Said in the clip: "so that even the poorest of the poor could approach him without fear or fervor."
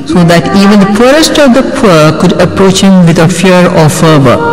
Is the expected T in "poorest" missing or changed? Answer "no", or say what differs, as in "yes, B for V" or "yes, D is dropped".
no